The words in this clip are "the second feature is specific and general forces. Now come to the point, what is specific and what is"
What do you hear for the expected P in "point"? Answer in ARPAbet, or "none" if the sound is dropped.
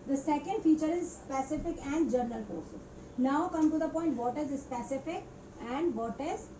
P